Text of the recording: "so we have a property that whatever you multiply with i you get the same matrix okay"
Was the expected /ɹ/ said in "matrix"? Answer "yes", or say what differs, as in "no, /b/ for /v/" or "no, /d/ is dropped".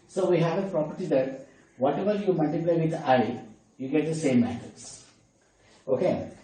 no, /ɹ/ is dropped